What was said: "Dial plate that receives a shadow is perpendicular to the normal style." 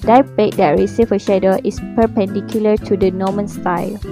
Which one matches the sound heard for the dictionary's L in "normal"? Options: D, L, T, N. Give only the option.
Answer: N